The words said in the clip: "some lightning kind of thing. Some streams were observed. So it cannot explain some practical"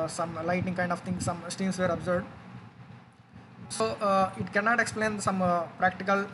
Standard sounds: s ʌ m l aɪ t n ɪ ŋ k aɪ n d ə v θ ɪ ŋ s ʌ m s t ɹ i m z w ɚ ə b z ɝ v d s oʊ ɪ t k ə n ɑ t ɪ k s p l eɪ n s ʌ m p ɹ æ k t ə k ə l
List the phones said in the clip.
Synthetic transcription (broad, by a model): s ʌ m l aɪ t ɪ ŋ k aɪ n d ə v t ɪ ŋ s ʌ m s t i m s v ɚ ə b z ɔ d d s oʊ ɪ t k ə n ɑ t ɪ k s p l eɪ n s ʌ m p ɹ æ k t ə k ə l